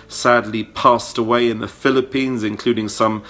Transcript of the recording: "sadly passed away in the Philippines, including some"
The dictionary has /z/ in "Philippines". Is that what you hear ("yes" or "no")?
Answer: yes